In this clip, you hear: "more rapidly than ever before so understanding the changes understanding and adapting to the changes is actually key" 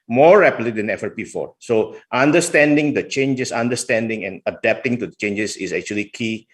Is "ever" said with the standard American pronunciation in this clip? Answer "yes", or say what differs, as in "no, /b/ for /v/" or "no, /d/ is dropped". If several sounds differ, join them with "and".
no, /f/ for /v/